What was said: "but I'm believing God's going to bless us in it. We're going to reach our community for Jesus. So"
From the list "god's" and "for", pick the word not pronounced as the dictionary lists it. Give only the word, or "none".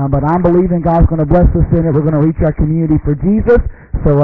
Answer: none